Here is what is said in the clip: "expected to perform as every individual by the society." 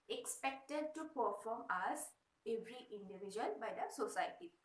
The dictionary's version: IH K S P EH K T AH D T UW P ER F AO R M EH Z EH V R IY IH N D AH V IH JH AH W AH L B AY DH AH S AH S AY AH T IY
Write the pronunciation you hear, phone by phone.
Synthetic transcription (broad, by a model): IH K S P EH K T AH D T UW P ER F AO M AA S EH V R IY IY N D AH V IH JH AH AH N B AY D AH S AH S AY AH T IY